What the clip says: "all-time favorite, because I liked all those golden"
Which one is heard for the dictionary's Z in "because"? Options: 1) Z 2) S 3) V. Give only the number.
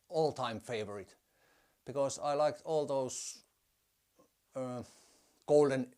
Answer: 2